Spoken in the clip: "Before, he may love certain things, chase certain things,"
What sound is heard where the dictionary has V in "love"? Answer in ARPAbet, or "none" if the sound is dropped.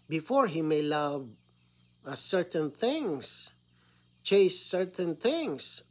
V